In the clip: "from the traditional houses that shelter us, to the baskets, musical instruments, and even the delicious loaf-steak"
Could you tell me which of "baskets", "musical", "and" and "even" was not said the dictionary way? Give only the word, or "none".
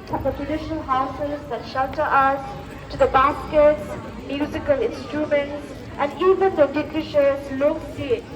none